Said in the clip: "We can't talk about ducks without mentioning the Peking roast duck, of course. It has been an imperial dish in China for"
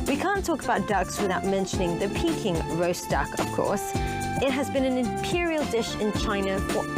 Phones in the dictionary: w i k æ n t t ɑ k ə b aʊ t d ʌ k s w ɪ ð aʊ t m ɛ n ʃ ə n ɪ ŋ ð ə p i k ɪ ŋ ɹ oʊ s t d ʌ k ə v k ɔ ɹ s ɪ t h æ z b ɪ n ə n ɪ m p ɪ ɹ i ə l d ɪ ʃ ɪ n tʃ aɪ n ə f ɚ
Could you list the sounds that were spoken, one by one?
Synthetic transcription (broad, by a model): w i k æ n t t ɑ k ə b aʊ t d ʌ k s w ɪ ð aʊ t m ɛ n ʃ ə n ɪ ŋ ð ə p i k ɪ ŋ ɹ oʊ s d ʌ k ə v k ɔ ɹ s ɪ t h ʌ z b ɪ n ə n ɪ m p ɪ ɹ i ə l d ɪ ʃ ɪ n tʃ aɪ n ə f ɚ